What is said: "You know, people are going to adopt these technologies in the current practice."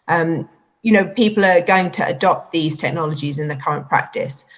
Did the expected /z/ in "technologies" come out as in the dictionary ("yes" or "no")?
yes